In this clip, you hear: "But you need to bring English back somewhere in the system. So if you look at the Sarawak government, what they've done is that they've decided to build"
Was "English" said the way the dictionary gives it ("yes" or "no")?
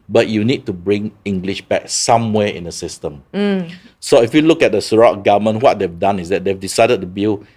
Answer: yes